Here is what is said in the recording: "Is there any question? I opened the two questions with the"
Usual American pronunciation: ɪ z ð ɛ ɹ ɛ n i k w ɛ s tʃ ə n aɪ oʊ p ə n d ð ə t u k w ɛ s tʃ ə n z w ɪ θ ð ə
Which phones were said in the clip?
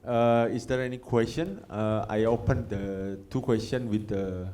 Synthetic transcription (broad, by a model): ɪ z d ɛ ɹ ɛ n i k w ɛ s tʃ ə n aɪ oʊ p ə n d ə t u k w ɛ s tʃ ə n w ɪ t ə